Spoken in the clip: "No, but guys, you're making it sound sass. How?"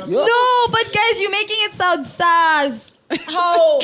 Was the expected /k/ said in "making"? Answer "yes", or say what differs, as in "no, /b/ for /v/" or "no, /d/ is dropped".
yes